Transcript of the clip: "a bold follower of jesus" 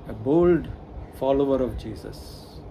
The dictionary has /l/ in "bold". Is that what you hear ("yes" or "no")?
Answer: yes